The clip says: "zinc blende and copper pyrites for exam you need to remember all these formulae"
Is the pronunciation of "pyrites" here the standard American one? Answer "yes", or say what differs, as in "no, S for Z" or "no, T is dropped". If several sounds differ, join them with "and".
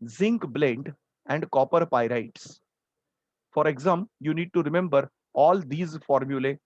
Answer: yes